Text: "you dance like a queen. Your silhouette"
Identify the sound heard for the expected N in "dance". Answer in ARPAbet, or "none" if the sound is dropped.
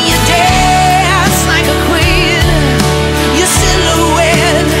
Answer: none